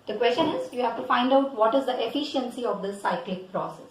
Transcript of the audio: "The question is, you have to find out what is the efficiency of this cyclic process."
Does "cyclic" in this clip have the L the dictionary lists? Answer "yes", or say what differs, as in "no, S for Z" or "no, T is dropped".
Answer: yes